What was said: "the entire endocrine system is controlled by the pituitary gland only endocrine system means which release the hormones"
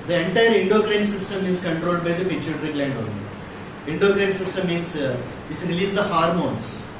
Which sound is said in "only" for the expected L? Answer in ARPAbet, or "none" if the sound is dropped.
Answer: none